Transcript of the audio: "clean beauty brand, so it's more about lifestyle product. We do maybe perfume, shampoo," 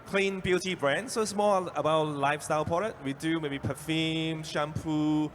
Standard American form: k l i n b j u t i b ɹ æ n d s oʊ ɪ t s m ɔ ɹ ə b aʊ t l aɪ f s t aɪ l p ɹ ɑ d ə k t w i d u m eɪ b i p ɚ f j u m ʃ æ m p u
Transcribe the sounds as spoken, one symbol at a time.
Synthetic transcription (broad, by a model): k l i n b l t i b ɹ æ n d s oʊ ɪ t s m ɔ ə b aʊ t l aɪ f s t aɪ l p ɑ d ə t w i d u m eɪ b i p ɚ f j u m ʃ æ m p u